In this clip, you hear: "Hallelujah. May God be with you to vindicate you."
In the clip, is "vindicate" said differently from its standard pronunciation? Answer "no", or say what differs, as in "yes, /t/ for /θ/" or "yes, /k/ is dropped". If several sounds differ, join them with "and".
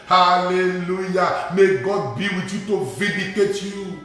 yes, /n/ is dropped